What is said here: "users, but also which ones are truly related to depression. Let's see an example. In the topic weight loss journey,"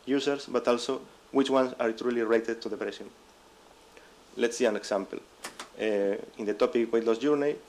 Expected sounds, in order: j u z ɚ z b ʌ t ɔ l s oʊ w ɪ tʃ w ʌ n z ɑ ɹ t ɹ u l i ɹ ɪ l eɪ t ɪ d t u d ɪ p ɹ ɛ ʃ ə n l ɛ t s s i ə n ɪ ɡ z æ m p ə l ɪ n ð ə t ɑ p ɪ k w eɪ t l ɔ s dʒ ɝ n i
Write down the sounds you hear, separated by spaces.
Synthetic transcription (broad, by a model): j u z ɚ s b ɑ t ɔ l s oʊ w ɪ tʃ w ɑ n s ɑ ɹ t ɹ u l i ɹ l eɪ t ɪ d t u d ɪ p ɹ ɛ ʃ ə n l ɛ t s s i ə n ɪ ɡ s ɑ m p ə l ɪ n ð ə t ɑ p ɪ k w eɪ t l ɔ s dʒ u n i